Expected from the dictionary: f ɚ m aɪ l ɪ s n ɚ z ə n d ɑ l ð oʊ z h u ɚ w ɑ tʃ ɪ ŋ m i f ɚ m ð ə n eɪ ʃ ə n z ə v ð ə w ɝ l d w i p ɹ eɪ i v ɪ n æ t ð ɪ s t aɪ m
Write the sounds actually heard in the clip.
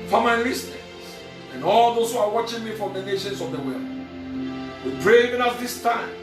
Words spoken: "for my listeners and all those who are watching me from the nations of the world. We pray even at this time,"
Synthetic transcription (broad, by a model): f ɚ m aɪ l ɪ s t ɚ s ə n ɑ l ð oʊ s h u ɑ w ɑ tʃ ɪ ŋ m i f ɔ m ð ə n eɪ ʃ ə n s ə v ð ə w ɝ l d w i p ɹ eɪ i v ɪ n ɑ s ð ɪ s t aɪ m